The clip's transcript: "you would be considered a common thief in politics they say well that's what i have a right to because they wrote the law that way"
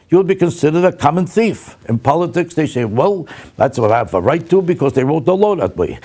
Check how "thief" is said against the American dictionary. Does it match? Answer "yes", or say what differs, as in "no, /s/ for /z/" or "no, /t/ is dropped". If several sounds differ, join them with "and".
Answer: yes